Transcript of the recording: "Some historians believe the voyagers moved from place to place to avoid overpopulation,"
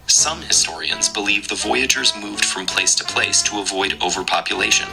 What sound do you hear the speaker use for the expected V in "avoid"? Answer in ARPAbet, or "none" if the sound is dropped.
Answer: V